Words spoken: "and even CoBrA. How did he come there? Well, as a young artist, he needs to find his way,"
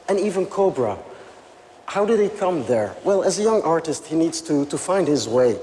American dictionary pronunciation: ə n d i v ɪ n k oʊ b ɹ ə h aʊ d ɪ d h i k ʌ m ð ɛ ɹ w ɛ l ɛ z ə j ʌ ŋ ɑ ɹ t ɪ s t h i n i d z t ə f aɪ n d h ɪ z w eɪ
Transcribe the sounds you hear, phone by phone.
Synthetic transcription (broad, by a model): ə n i v ɪ n k oʊ b ɹ ə h aʊ d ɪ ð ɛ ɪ k ʌ m ð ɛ ɹ w ɛ l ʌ z ə j ʌ ŋ ɑ ɹ t ɪ s t h i n i d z t ə f aɪ n d h ɪ z w eɪ